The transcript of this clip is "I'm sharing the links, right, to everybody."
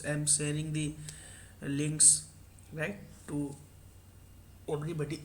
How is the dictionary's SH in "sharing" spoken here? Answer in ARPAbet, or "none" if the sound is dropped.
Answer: S